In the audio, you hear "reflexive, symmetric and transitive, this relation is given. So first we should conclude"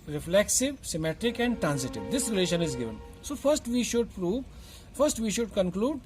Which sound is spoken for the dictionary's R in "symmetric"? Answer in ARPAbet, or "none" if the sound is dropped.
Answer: R